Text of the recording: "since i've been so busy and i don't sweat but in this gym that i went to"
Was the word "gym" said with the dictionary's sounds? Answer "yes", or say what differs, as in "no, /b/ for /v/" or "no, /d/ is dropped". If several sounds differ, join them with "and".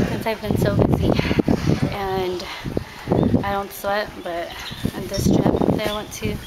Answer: no, /tʃ/ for /dʒ/